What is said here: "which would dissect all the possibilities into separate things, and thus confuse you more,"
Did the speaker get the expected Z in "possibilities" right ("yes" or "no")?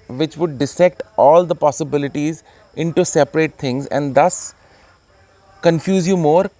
yes